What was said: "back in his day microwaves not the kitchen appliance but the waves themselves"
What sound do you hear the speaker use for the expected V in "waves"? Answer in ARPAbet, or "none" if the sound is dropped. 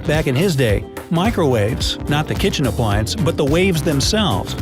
V